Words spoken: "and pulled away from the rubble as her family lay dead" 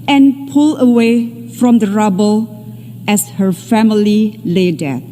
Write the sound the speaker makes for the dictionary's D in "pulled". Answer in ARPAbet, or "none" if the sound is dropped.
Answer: none